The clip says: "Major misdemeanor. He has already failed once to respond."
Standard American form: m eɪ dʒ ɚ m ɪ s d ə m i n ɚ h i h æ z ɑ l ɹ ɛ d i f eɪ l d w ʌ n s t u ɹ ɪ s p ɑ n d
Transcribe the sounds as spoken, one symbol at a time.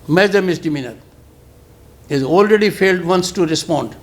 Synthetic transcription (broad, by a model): m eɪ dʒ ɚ m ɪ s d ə m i n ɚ h i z ɑ l ɹ ɛ d i f eɪ l d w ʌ n s t u ɹ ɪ s p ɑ n d